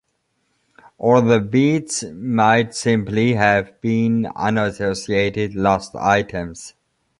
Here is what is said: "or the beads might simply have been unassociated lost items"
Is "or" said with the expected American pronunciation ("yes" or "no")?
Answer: no